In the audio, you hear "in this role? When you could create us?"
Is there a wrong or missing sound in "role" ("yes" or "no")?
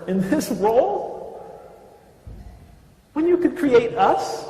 yes